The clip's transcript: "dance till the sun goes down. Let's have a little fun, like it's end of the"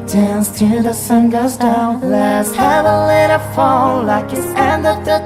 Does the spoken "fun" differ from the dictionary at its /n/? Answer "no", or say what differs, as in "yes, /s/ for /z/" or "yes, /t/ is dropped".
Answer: yes, /l/ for /n/